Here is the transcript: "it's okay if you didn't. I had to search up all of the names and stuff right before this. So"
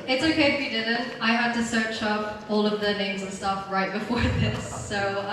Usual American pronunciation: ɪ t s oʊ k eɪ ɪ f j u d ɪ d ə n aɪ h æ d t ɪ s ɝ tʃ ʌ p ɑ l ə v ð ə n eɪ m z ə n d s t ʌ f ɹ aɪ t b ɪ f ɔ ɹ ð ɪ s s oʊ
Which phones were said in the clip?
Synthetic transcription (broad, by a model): ɪ t s oʊ k eɪ ɪ f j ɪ d ɪ d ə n aɪ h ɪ d t ɪ s ɝ tʃ ʌ p ɑ l ə v ð ə n eɪ m z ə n s t ʌ f ɹ aɪ t b ɪ f ɔ ɹ ð ɪ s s oʊ